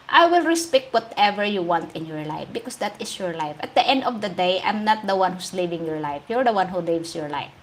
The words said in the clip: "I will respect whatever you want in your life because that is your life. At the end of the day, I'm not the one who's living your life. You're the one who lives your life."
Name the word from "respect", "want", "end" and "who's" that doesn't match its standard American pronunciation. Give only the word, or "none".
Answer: who's